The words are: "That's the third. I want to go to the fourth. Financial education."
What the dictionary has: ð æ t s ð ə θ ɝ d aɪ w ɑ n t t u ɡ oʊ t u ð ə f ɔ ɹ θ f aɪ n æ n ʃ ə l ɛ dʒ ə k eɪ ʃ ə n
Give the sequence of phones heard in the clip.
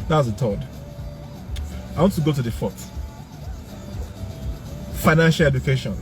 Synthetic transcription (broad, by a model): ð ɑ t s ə t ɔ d aɪ w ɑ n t t u ɡ oʊ t u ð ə f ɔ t f aɪ n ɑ n ʃ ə l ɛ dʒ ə k eɪ ʃ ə n